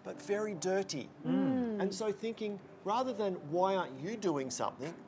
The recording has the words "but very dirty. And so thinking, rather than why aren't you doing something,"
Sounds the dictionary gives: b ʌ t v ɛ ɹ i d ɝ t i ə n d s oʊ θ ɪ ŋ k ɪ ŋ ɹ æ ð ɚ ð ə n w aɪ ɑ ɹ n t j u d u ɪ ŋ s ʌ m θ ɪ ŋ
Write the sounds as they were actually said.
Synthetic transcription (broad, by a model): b ʌ t v ɛ ɹ i d ɝ t i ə n s oʊ θ ɪ ŋ k ɪ ŋ ɹ æ ð ɚ ð ə n w aɪ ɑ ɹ n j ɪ d u ɪ ŋ s ʌ m θ ɪ ŋ